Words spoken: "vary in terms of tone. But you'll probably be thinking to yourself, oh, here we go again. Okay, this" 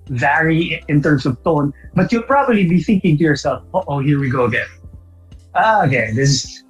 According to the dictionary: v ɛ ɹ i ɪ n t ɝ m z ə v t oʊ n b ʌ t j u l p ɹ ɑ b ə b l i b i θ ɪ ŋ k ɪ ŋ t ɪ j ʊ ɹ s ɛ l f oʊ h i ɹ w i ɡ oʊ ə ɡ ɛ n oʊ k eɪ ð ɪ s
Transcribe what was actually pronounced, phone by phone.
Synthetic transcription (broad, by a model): v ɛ ɹ i ɪ n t ɝ m s ə v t oʊ n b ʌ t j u p ɹ ɑ b ə b l i b i θ ɪ ŋ k ɪ ŋ t ɪ j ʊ ɹ s ɛ l f oʊ h i ɹ w i ɡ oʊ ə ɡ ɛ n oʊ k eɪ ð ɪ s